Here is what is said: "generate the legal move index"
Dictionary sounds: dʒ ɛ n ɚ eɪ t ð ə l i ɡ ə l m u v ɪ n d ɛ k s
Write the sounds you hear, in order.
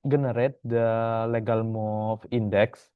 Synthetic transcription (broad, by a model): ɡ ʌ n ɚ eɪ t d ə l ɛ ɡ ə l m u f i n d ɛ k s